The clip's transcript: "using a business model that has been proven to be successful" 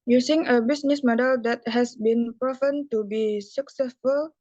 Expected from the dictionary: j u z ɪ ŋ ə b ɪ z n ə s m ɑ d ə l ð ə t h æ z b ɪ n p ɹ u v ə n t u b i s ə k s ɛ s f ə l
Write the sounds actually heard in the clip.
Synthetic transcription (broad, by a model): j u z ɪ ŋ ə b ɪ s n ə s m ɑ d ə l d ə t h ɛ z b ɪ n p ɹ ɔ f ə n t u b i s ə k s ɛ s f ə l